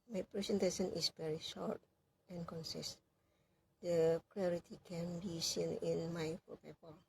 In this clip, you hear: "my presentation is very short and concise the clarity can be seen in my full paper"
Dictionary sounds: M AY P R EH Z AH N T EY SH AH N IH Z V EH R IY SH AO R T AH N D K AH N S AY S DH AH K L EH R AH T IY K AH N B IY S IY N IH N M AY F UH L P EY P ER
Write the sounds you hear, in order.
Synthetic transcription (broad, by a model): M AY P R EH S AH N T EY S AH N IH S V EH R IY SH AO T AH N K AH N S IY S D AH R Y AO R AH T IY K AH N B IY S IY N IH N M AY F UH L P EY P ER